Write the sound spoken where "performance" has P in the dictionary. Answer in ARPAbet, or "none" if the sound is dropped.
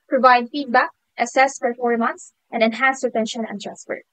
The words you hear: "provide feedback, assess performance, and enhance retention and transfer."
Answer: F